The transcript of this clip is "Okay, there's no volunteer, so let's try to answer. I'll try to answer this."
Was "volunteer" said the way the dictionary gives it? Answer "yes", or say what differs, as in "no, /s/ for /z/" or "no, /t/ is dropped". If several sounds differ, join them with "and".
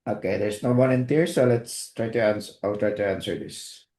no, /n/ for /l/